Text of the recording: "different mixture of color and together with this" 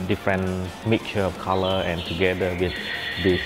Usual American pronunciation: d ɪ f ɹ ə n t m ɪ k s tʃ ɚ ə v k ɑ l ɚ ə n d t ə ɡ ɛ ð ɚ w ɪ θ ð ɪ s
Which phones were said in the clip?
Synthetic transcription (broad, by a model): d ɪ f ɹ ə n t m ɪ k tʃ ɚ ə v k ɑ l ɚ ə n t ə ɡ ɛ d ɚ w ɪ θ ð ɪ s